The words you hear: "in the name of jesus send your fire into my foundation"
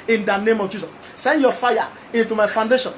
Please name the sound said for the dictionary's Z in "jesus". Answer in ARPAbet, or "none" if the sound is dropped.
S